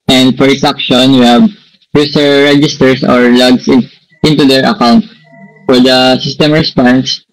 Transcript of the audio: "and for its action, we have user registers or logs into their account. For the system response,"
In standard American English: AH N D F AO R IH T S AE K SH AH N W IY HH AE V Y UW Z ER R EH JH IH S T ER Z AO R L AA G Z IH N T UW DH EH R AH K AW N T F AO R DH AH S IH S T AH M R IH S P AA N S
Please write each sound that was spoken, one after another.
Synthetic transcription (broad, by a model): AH N D F AO R IH T S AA K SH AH N W IY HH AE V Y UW S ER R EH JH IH S T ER S AO R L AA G S IH N T UW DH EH R AH K AW N T F AO R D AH S IH S T AH M R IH S P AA N S